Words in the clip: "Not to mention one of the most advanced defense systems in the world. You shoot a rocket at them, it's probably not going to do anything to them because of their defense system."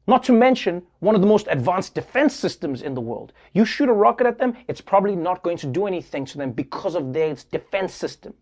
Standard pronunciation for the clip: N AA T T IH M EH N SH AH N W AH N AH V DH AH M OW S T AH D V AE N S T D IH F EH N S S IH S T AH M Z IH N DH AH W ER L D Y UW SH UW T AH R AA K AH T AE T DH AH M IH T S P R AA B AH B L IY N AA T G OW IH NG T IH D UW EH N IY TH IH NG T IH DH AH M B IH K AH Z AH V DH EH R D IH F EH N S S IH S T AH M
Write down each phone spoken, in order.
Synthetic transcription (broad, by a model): N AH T T IH M EH N SH AH N W AH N AH V DH AH M OW S T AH D V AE N S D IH F EH N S S IH S T AH M Z IH N DH AH W ER L D Y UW SH UW T AH R AA K AH T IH T DH AH M IH T S P R AA B AH B L IY N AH T G OW IH NG T IH D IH EH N IY TH IH NG T IH DH AH M B IH K AH Z AH V DH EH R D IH F EH N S S IH S T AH M